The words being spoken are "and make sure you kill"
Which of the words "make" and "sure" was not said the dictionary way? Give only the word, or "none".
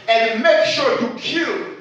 none